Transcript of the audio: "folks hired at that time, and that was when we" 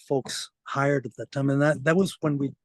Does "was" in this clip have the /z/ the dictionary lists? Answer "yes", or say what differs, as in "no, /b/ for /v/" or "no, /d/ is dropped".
yes